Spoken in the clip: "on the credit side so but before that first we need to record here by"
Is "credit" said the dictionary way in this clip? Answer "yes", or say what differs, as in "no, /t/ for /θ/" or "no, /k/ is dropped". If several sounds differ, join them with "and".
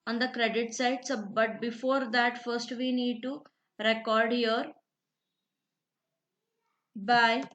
yes